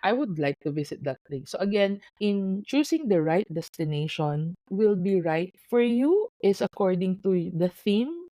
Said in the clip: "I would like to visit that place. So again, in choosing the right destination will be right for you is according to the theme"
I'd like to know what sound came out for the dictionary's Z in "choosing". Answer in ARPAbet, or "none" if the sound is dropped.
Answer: S